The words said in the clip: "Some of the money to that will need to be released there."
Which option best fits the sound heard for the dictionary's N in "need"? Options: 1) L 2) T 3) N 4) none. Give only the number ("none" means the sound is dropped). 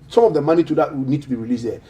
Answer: 3